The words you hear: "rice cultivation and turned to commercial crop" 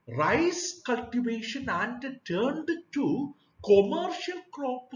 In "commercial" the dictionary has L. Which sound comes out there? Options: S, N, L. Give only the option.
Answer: L